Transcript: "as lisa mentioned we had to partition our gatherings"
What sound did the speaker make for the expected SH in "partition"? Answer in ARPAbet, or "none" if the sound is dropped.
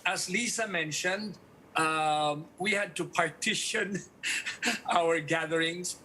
SH